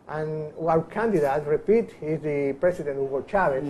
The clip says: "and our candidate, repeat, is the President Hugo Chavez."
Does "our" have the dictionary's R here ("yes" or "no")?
no